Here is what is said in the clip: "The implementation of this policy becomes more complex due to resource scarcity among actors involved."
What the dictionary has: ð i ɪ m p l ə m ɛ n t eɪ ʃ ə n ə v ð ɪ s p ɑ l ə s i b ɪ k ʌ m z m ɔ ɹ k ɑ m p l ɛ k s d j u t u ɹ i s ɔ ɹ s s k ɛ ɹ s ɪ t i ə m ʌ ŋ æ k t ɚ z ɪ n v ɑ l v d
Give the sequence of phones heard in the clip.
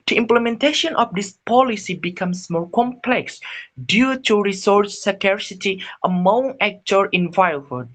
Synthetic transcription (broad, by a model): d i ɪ m p l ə m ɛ n t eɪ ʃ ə n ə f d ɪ s p ɑ l ə s i b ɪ k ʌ m s m ɔ ɹ k ɑ m p l ɛ k s d j u t u ɹ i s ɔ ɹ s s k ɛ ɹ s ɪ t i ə m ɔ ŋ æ k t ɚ ɪ n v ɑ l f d